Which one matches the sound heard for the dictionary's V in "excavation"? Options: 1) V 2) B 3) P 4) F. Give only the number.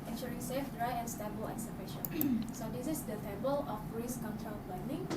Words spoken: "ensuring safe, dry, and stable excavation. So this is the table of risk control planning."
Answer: 4